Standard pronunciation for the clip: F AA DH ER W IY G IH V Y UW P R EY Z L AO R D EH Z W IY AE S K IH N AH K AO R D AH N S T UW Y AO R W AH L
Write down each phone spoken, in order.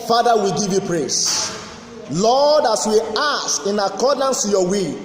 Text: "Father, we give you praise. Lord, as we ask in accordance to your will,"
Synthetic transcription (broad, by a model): F AA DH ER W IY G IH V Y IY P R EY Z L AO D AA S W IY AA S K IH N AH K AO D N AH N S T UW Y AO W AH